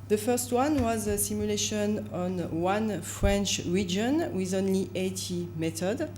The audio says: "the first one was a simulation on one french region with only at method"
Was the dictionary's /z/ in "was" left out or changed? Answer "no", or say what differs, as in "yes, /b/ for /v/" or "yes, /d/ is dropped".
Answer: no